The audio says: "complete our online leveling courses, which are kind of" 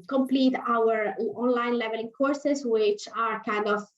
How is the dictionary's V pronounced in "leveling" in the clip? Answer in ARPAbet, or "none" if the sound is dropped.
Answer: V